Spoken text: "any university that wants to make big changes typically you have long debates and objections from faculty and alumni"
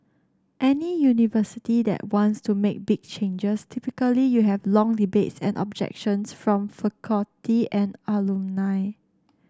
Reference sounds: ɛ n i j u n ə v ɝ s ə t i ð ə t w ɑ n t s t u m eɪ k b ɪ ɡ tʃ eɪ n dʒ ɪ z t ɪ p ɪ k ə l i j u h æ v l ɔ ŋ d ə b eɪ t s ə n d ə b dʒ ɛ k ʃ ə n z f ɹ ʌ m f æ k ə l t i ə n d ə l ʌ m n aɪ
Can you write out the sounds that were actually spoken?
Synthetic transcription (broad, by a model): ɛ n i j u n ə v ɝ s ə t i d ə t w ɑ n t s t u m eɪ k b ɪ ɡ tʃ eɪ n dʒ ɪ s t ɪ p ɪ k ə l i j u h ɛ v l ɔ ŋ d ə b eɪ t s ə n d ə b dʒ ɛ k ʃ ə n s f ɹ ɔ m f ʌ k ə t i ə n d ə l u n aɪ